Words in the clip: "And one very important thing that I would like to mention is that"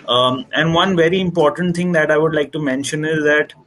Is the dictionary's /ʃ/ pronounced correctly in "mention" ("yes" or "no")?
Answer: yes